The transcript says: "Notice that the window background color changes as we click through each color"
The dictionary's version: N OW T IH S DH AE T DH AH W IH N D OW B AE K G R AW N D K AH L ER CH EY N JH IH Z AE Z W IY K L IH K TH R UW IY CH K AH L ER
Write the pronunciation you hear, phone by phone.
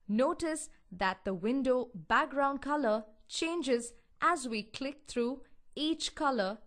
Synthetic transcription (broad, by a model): N OW T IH S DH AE T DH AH W IH N D OW B AE K G R AW N D K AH L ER CH EY N JH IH Z AE Z W IY K L IH K T R UW IY CH K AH L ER